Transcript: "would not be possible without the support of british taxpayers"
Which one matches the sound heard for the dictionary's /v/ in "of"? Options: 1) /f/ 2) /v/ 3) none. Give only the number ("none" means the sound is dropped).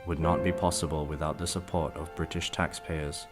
2